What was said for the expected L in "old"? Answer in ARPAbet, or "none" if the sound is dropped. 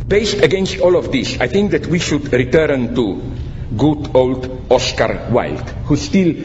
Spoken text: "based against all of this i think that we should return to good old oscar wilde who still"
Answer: L